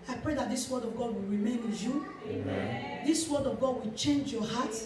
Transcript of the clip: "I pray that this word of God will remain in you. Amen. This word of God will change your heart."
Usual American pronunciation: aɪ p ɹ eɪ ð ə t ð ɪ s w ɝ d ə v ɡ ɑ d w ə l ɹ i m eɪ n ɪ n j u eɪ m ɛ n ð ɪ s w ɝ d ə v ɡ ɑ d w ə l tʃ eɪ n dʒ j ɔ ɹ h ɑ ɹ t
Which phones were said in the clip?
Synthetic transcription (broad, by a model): aɪ p ɹ eɪ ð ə t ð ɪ s w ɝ d ə v ɡ ɑ d w ə l ɹ i m eɪ n ɪ n j u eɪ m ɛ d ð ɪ s w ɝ d ə v ɡ ɑ d w ə l tʃ eɪ n dʒ j ɔ h ɑ t